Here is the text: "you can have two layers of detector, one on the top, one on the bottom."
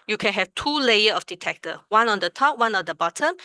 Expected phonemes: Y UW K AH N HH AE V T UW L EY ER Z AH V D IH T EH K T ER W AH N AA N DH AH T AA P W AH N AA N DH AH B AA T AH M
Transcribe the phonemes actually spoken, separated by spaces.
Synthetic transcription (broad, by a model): Y UW K AH N HH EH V T UW L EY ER AH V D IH T EH K T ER W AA N AA N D AH T AA P W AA N AA N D AH B AA T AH M